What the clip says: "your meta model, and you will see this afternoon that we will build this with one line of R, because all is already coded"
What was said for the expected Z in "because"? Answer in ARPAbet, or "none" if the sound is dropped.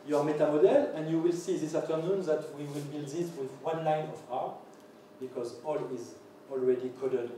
Z